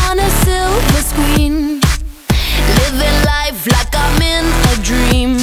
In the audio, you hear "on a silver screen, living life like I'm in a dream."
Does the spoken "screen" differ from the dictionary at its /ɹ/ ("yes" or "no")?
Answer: yes